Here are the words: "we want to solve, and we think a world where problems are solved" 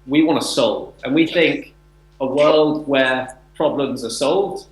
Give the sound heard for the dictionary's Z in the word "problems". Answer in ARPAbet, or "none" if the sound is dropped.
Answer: Z